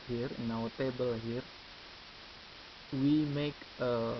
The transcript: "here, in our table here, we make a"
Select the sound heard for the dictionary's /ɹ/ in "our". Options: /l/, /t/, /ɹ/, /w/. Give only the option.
/w/